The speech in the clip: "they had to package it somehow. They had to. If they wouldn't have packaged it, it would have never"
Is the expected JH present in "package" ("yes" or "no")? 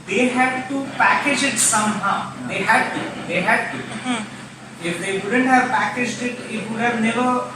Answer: yes